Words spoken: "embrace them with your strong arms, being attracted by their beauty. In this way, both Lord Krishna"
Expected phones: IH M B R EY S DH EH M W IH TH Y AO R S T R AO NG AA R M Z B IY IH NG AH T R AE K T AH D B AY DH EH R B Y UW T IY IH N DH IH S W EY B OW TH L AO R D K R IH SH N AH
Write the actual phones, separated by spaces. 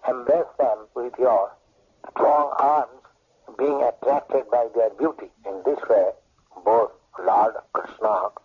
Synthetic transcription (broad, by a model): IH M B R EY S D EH M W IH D Y AO R S T R AO NG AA R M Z B IY IH NG AH T R AE K T AH D B AY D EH R B Y UW T IY IH N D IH S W EY B OW T L AO R D K R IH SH N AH